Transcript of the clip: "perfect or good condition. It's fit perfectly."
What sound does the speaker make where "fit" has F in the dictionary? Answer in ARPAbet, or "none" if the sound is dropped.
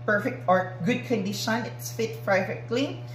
F